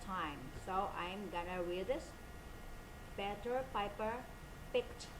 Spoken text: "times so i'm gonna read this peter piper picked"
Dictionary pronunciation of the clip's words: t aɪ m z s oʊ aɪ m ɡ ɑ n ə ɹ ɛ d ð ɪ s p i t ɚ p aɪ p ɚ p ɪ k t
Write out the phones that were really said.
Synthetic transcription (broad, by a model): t aɪ m s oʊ aɪ m ɡ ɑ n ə w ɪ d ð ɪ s b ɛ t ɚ p aɪ p ɚ p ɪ k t